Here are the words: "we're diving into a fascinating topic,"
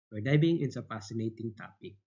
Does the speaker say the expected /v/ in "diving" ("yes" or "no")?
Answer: no